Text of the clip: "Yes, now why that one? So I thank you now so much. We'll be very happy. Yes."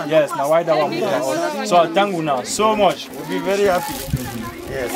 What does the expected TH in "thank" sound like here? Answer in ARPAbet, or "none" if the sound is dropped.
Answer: T